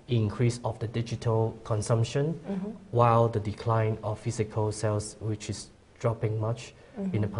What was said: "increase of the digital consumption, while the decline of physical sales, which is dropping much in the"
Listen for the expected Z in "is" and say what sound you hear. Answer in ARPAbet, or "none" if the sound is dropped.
S